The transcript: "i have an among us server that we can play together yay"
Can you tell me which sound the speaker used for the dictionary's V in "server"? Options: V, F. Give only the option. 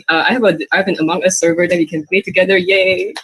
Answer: V